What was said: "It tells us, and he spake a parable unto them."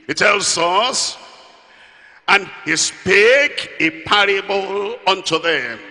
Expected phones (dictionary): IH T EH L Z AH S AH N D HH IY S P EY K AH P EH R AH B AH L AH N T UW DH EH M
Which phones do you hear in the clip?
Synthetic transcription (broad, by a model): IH T EH L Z AH S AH N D HH IY S P EY K AH P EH R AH B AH L AH N T UW DH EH M